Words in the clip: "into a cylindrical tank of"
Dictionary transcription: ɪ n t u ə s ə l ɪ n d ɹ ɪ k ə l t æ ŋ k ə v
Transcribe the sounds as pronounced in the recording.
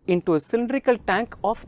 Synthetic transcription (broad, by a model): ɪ n t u ə s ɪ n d ɹ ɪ k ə l t æ ŋ k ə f